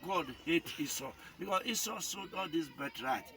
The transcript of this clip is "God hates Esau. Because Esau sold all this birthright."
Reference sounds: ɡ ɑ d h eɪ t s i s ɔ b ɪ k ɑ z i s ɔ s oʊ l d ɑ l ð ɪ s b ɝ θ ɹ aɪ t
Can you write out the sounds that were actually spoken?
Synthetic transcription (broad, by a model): ɡ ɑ d h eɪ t i s ɔ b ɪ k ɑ s i s ɔ s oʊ d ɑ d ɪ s b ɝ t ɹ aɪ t